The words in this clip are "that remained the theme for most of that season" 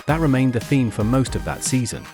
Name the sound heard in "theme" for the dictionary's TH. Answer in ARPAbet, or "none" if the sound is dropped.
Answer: TH